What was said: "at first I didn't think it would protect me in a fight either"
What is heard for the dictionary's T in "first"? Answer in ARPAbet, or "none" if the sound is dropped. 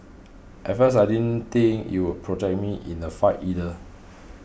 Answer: none